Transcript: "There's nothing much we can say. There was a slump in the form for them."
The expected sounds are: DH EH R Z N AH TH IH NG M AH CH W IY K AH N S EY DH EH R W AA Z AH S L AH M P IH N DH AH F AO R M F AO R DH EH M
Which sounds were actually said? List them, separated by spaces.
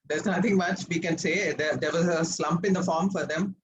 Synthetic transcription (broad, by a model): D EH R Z N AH T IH NG M AH CH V IY K AH N S EY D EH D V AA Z AH S L AH M P IH N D AH F AO R M F AO R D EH M